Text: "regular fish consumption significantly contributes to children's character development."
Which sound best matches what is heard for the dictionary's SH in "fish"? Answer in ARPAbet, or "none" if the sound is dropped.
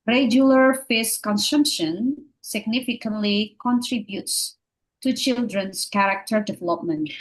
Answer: S